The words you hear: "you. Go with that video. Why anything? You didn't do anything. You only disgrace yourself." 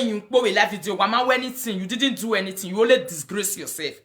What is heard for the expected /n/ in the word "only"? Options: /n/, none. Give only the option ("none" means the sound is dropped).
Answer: none